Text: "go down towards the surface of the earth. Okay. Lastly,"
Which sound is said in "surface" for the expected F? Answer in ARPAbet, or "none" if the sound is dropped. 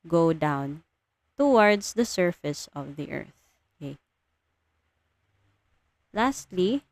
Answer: F